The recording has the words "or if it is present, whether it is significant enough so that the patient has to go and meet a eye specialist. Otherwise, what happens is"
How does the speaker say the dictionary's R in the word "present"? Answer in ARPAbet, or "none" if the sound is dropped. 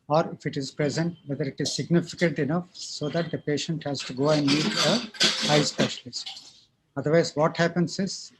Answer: R